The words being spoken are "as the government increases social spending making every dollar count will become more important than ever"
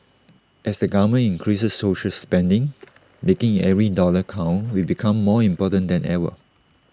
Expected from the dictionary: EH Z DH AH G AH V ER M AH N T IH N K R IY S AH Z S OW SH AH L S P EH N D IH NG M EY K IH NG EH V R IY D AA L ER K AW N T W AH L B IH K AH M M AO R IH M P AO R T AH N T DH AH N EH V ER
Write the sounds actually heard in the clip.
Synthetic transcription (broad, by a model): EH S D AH G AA M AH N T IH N K R IY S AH S OW SH AH L S P EH N D IH NG M EY K IH NG EH V R IY D AA L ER K AW N W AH B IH K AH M M AO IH M P AO T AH N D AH N EH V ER